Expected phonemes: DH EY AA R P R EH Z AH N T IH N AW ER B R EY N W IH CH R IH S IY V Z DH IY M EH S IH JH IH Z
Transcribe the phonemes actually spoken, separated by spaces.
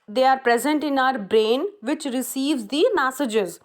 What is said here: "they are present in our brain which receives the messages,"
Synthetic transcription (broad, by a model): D EY AA R P R EH Z AH N T IH N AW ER B R EY N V IH CH R IH S IY V Z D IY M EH S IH JH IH Z